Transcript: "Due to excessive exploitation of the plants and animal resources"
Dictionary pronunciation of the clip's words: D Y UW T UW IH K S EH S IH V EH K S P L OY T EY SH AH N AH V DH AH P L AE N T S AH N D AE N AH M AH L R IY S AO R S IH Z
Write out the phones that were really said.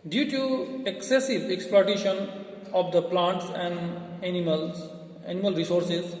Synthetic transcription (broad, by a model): D Y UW T UW IH K S EH S IH V EH K S P L OY T EY SH AH N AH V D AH P L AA N T S AH N D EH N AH M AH L R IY S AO R S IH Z